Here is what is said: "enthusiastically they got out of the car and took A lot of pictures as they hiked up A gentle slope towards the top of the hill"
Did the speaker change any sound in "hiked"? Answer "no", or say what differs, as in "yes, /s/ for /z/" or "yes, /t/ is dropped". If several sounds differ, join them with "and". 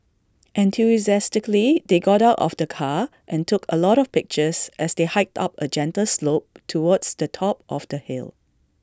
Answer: no